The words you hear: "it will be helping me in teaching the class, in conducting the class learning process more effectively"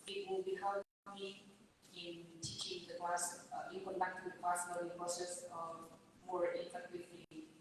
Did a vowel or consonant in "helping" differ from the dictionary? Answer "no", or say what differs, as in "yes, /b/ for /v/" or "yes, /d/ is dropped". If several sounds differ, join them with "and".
yes, /p/ is dropped